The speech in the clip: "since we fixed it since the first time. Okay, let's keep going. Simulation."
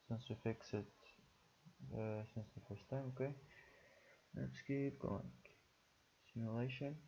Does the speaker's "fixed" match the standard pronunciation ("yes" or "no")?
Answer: no